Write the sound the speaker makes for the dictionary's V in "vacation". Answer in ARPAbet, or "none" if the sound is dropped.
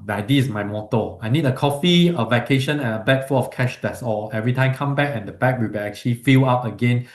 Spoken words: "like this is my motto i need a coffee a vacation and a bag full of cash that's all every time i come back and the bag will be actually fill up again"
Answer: V